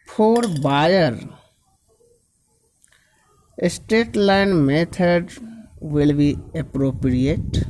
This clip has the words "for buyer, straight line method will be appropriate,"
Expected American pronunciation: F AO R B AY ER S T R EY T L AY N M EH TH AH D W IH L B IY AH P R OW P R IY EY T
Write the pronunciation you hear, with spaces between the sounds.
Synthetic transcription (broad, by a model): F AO R B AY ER S T EY T L AY N M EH T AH D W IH L B IY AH P R OW P R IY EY T